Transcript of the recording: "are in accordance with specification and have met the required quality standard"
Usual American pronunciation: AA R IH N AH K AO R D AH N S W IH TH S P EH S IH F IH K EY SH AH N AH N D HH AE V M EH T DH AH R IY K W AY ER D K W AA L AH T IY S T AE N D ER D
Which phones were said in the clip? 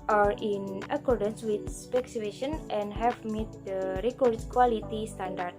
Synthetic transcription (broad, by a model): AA R IH N AH K AO R D AH N S W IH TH S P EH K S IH EY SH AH N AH N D HH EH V M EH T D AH R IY K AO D K W AA L AH T IY S T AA N D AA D